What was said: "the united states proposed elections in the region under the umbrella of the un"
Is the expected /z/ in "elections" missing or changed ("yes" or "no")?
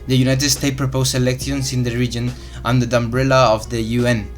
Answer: yes